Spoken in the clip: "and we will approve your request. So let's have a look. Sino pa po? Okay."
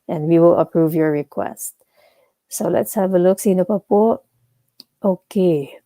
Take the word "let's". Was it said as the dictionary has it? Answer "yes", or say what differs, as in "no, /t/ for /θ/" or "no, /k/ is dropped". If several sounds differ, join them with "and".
yes